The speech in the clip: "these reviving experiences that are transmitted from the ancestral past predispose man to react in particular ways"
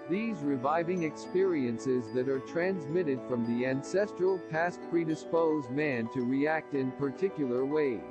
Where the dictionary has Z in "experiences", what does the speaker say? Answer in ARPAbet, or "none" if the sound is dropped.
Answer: Z